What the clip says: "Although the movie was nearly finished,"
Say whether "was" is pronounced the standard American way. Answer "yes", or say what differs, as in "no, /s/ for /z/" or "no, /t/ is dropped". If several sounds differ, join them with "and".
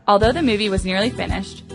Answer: yes